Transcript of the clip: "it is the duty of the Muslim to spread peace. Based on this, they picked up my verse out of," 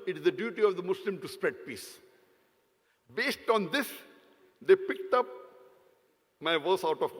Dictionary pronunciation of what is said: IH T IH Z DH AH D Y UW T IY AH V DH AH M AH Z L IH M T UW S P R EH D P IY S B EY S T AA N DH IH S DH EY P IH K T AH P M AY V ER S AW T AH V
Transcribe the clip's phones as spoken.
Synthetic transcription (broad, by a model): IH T IH Z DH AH D Y UW T IY AH V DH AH M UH S L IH M T UW S P R EH D P IY S B EY S T AA N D IH S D EY P IH K T AH P M AY V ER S AW T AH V